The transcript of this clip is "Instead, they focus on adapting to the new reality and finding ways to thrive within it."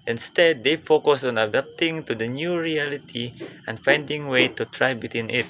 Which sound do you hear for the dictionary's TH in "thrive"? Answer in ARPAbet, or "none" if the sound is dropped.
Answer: T